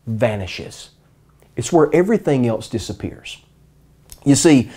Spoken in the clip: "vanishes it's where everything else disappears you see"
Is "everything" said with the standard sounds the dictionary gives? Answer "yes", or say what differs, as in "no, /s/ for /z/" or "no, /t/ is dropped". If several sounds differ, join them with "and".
yes